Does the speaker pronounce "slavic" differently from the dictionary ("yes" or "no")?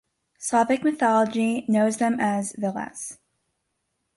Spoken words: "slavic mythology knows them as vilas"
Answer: yes